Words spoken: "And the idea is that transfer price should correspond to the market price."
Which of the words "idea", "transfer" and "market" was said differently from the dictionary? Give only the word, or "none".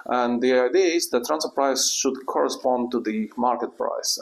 transfer